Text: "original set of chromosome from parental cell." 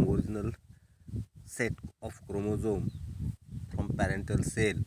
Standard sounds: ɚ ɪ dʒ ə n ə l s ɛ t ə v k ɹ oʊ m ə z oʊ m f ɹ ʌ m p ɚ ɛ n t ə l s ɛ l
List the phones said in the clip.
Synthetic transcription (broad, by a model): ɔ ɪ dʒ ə n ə l s ɛ t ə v k ɹ oʊ m ə z oʊ m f ɹ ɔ m p ɚ ɛ n t ə l s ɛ l